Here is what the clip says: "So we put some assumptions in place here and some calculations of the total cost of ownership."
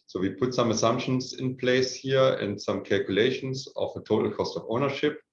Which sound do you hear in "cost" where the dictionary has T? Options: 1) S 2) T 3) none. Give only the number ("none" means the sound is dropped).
2